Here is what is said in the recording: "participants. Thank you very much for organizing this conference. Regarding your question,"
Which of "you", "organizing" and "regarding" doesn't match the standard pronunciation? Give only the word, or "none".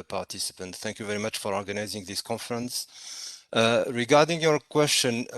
none